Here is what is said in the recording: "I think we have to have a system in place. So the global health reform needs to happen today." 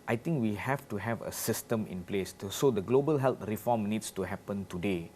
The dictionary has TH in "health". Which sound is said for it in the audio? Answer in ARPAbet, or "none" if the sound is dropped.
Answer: T